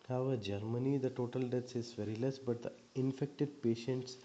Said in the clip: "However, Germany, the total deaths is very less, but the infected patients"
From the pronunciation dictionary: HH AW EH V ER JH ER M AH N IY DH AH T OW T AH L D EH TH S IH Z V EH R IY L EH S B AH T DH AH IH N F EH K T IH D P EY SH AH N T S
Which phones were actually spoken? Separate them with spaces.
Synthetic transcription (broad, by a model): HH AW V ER JH ER M AH N IY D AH T OW T AH L D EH T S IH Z V EH R IY L EH S B AH T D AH IH N F EH K T IH D P EY SH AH N T S